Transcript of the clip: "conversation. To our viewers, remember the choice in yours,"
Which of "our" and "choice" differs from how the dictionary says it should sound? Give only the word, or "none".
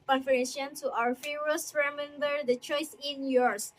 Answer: none